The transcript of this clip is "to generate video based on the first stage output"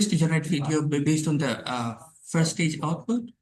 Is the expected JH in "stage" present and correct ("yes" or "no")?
yes